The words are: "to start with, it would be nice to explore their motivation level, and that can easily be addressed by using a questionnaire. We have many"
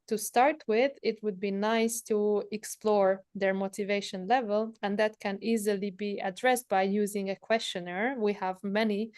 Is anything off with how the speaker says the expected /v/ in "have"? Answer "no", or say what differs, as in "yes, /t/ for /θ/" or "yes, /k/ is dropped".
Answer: no